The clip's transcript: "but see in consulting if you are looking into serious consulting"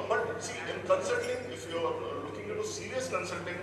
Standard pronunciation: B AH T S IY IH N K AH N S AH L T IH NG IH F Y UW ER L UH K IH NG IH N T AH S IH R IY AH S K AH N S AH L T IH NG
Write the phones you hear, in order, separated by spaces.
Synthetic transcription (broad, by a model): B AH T S IY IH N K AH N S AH T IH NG IH F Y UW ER L UH K IH NG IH T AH S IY R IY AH S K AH N S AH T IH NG